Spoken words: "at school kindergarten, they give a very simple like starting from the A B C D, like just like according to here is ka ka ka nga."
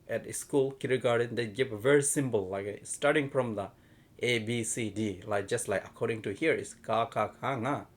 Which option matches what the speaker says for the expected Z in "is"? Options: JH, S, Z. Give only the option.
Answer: S